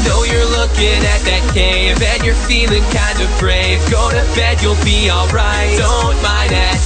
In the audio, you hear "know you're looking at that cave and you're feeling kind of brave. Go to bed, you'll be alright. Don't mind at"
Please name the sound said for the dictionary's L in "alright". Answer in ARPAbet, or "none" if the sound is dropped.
L